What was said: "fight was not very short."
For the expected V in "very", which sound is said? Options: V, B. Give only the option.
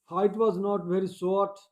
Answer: V